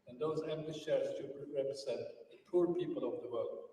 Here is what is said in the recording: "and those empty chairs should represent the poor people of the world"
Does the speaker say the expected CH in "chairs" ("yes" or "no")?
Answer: no